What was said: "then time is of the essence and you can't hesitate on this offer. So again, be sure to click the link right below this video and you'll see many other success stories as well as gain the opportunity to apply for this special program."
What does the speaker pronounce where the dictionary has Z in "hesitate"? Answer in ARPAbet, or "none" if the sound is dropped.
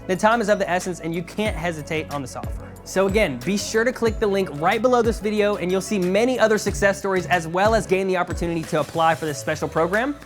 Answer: Z